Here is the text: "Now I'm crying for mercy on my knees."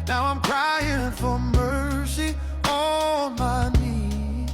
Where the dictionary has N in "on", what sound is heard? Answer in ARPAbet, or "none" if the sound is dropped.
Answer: L